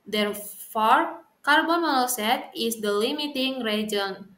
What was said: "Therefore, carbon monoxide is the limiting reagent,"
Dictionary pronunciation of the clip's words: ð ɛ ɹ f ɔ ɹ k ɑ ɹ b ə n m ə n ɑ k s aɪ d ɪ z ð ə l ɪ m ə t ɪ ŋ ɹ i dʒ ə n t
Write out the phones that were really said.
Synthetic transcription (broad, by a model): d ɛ ɹ f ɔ ɹ k ɑ ɹ b ə n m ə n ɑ s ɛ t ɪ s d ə l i m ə t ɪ ŋ ɹ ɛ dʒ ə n